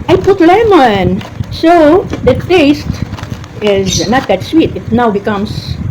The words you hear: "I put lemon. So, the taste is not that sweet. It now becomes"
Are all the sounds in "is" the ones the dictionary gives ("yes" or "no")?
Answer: yes